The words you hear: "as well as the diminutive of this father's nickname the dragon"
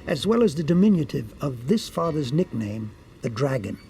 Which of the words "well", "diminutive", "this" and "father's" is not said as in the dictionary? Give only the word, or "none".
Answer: none